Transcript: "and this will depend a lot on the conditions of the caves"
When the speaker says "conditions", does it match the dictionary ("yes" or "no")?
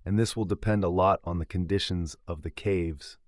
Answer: yes